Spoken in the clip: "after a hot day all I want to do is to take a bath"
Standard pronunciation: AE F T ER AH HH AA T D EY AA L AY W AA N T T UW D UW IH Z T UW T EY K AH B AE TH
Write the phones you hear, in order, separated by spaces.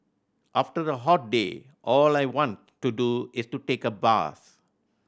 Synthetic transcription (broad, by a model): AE F T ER AH HH AA T D EY AA L AY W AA N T T UW D UW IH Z T UW T EY K AH B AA S